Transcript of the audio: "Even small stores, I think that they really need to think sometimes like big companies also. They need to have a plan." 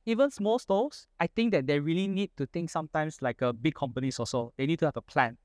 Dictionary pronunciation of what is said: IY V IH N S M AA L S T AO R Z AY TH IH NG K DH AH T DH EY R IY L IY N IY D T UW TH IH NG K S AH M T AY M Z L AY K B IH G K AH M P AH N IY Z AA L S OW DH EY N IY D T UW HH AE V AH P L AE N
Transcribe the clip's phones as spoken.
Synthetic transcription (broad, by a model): IY V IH N S M AA L S T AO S AY T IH NG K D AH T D EY R IY L IY N IY D T UW T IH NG K S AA M T AY M S L AY K B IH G K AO M P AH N IY S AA S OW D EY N IY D T UW HH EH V AH P L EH N